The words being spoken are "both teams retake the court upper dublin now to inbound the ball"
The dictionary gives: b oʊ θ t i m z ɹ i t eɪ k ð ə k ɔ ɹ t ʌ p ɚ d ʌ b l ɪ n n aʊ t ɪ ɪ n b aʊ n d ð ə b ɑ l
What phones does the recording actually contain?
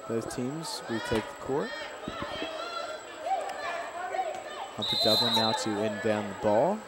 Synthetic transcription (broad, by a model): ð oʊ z t i m z w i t eɪ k ð ə k ɔ ɹ t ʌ f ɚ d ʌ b l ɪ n n aʊ t ɪ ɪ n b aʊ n ð ə b ɑ l